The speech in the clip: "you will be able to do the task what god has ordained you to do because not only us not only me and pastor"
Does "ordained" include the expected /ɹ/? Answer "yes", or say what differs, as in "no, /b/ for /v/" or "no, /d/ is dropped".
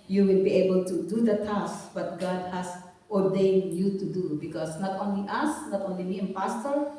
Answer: yes